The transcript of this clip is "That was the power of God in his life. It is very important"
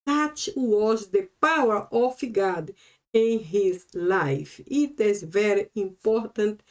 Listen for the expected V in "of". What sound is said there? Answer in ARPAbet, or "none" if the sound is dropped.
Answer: F